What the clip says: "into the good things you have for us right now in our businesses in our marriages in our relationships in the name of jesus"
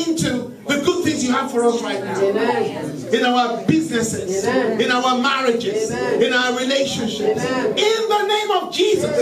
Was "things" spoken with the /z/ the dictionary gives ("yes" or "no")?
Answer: yes